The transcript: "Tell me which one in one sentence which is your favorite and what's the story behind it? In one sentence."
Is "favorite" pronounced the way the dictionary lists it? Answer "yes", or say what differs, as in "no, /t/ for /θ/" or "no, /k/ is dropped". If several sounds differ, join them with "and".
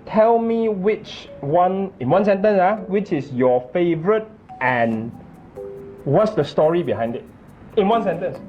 yes